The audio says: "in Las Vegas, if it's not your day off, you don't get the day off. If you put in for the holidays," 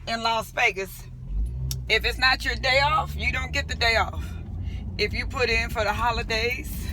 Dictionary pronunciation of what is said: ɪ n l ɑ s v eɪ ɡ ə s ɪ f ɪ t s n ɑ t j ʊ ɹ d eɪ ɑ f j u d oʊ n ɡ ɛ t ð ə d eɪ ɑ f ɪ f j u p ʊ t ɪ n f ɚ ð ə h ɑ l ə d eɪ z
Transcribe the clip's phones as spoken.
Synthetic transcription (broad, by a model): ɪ n l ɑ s b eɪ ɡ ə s ɪ f ɪ t s n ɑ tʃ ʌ ɹ d eɪ ɑ f j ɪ d oʊ n ɡ ɛ t ð ə d eɪ ɑ f ɪ f j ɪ p ʊ t ɪ n f ɚ ð ə h ɑ l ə d eɪ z